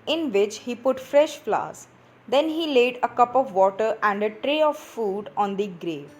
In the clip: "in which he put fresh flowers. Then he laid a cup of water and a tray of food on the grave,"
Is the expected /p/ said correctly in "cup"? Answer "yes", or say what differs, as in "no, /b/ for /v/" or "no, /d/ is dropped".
yes